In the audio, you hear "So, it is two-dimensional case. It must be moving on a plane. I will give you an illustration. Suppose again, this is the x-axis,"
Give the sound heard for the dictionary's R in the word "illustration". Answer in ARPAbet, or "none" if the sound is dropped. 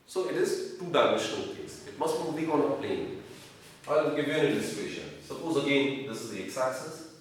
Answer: none